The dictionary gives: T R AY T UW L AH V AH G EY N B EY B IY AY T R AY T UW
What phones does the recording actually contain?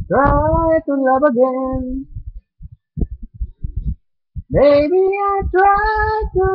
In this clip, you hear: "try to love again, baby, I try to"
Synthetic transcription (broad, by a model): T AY T UW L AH B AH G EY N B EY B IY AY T W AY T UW